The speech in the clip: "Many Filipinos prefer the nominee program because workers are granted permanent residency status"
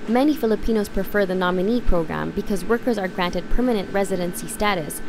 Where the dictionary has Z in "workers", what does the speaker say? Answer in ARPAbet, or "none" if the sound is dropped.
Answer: Z